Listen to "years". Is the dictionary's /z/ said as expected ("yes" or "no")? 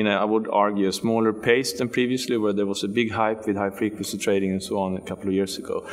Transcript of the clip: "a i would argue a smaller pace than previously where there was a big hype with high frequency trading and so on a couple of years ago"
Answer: no